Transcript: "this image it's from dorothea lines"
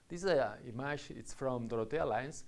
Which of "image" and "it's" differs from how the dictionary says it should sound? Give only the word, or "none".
image